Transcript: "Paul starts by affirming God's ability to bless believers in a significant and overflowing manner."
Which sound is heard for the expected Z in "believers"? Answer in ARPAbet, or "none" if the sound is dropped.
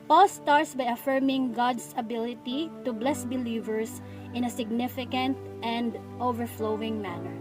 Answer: S